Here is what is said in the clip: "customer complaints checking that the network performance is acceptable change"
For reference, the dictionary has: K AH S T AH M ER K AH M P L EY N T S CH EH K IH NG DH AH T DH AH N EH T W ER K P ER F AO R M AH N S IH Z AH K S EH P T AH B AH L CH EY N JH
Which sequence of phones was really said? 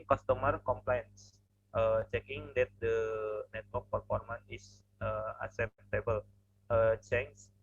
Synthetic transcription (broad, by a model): K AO S T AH M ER K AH M P L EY N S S CH EH K IH NG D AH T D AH N EH T W ER K P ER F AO R M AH N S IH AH S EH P T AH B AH L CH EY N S